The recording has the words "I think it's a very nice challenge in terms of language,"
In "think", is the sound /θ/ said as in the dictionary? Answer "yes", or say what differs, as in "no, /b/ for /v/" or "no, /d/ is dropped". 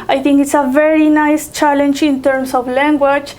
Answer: no, /t/ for /θ/